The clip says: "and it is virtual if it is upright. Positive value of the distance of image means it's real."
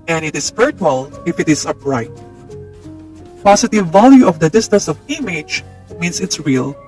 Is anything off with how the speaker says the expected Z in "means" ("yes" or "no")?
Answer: yes